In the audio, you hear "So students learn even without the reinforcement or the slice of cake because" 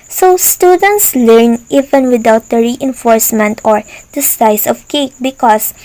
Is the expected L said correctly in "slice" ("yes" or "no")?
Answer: no